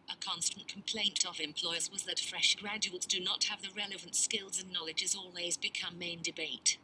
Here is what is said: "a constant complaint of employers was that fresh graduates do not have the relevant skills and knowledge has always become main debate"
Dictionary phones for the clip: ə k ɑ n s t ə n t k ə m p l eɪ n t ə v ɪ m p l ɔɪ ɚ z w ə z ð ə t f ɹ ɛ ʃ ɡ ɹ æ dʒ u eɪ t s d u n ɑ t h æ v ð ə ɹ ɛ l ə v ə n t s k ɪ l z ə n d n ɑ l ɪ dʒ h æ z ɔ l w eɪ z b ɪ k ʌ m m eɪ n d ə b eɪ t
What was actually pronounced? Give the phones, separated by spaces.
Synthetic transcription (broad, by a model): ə k ɑ n s t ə n k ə m p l eɪ n t ə v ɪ m p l ɔɪ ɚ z w ə z ð ə t f ɹ ɛ ʃ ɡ ɹ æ dʒ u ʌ t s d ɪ n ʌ t h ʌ v ð ə ɹ ɛ l ə v ə n t s k ɪ l z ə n n ɑ l ɪ dʒ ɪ z ɔ l w eɪ z b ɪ k ʌ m m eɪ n d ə b eɪ t